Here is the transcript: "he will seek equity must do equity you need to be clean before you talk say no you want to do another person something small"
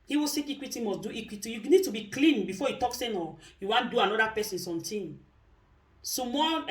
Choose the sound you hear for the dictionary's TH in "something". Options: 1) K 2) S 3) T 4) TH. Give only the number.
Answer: 3